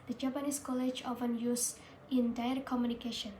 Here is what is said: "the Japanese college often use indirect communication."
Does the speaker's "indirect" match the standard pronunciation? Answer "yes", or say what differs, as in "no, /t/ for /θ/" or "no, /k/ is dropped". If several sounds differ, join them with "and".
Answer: no, /k/ is dropped